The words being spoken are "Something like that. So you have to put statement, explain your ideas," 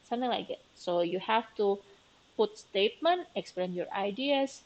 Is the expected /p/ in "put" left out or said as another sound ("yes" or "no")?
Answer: no